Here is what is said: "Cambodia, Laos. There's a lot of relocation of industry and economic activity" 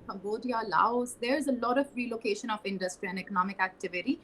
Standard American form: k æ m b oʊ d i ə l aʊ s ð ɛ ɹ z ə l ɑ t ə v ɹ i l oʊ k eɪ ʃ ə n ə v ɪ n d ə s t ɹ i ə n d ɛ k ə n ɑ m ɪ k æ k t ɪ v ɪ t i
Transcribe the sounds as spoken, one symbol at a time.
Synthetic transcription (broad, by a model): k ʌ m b oʊ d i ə l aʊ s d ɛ ɹ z ə l ɑ t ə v ɹ i l oʊ k eɪ ʃ ə n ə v ɪ n d ə s t ɹ i ə n d ɛ k ə n ɑ m ɪ k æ k t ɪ v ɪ t i